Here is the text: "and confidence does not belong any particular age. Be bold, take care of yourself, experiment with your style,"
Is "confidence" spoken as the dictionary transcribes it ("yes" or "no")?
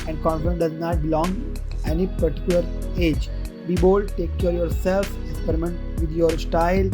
no